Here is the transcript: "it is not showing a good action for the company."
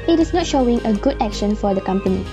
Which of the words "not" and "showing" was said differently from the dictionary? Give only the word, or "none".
none